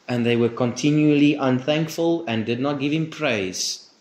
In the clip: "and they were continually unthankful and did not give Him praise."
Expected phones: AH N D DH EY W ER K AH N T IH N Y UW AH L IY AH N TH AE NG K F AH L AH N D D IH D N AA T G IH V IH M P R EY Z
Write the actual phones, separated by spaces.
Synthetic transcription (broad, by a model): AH N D DH EY W ER K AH N T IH N Y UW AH L IY AH N TH AE NG K F AH L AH N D D IH D N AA T G IH V IH M P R EY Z